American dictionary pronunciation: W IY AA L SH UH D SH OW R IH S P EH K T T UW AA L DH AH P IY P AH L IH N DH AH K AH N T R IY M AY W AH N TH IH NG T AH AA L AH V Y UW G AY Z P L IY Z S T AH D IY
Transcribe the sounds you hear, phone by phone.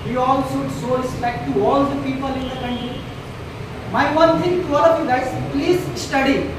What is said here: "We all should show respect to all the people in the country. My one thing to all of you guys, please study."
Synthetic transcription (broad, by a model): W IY AA L S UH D S OW R IH S P EH K T T UW AA L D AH P IY P AH L IH N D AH K AH N T R IY M AY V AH N T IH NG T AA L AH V Y UW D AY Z P L IY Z S T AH D IY